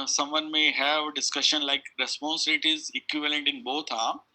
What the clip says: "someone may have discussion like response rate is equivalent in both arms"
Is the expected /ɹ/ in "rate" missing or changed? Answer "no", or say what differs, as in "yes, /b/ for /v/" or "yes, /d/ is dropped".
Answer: yes, /l/ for /ɹ/